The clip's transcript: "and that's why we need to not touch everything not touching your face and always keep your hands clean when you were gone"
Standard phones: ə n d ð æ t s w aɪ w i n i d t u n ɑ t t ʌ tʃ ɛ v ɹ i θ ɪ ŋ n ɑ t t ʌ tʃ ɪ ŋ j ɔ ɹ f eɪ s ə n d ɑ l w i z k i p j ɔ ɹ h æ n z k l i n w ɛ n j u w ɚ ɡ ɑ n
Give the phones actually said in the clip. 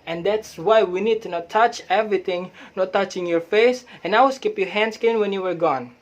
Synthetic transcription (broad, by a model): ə n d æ t s w aɪ w i n i d t u n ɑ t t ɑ tʃ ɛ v ɹ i t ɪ ŋ n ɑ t t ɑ tʃ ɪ ŋ j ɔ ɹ f eɪ s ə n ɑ w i s k i p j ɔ h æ n s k i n w ɛ n j u w ɚ ɡ ɑ n